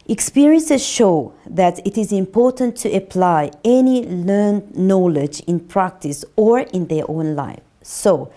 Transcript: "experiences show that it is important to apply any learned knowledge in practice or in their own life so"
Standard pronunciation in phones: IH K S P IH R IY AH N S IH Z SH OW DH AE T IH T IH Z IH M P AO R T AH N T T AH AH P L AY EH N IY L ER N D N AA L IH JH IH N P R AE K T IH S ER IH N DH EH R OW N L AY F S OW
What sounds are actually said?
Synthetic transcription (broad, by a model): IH K S P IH R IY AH N S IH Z SH OW DH AE T IH T IH Z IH M P AO R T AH N T T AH AH P L AY EH N IY L ER N D N AA L IH JH IH N P R AE K T IH S ER IH N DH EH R OW N L AY F S OW